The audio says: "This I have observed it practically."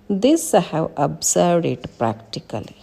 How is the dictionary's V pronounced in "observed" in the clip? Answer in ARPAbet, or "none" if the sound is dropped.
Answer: none